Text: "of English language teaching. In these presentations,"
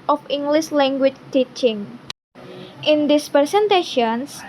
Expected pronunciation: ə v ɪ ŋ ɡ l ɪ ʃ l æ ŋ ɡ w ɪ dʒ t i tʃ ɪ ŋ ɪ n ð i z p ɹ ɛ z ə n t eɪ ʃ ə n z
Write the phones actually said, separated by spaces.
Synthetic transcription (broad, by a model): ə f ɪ ŋ ɡ l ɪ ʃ l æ ŋ ɡ w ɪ tʃ t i tʃ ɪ ŋ ɪ n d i s p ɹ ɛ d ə n t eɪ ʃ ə n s